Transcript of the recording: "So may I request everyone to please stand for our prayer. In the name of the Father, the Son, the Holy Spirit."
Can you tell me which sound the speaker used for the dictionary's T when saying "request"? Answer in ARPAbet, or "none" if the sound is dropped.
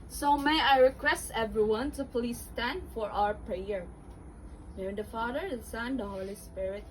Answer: T